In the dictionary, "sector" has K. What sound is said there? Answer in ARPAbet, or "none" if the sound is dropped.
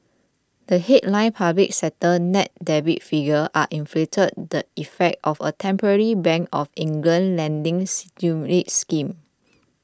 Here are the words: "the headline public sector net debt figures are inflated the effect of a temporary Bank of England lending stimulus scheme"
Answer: none